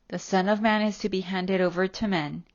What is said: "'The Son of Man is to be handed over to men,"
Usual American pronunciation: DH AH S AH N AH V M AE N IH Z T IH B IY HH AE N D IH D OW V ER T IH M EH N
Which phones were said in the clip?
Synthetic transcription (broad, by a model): DH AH S AH N AH V M AE N IH Z T IH B IY HH AE N D IH D OW V ER T IH M EH N